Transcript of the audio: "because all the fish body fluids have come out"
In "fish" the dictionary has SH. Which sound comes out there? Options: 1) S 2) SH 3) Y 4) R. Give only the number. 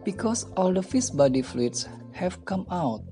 1